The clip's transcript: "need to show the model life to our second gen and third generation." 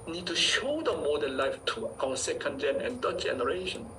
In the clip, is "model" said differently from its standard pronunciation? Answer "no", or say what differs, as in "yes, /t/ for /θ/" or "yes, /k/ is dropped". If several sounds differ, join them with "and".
yes, /n/ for /l/